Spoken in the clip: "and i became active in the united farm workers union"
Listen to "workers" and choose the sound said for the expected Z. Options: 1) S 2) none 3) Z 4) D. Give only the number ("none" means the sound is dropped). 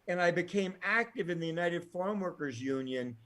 3